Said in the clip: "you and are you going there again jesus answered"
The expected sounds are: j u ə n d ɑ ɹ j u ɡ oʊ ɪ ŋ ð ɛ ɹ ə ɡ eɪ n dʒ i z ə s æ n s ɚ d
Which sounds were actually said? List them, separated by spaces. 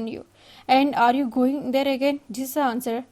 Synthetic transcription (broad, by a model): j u ə n d ɑ ɹ j u ɡ oʊ ɪ ŋ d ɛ ɹ ə ɡ eɪ n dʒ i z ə ɑ n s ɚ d